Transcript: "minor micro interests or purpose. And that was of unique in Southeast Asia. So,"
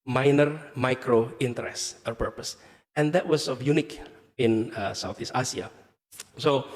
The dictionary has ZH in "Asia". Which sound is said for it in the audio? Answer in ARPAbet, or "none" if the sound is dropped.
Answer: S